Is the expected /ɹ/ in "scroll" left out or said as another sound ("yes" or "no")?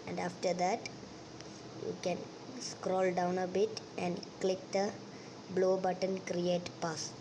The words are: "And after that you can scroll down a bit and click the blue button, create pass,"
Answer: no